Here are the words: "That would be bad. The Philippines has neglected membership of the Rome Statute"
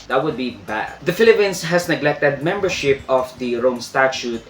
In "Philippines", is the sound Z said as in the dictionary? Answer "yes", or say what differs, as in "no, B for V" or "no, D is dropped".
no, S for Z